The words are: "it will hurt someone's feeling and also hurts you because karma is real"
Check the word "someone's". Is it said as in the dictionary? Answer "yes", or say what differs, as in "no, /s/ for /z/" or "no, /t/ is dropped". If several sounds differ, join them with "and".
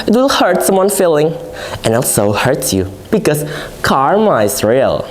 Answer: no, /z/ is dropped